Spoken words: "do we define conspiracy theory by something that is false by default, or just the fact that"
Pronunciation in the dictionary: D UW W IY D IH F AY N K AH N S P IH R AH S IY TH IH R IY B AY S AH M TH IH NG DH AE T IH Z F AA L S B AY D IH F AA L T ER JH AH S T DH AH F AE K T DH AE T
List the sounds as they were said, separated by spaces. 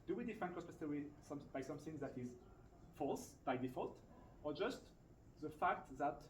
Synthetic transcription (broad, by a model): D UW W IY D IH F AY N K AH S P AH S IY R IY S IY B AY S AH M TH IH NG DH AE T IH Z F AA L S B AY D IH F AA L T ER JH AH S T DH AH F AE K T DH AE T